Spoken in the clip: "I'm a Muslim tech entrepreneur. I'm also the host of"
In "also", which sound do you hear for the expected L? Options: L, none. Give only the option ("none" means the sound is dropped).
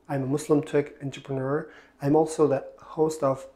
L